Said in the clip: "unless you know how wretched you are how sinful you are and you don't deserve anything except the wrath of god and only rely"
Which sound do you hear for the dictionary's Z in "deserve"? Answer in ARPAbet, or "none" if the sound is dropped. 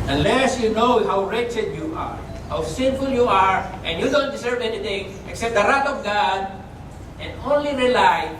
S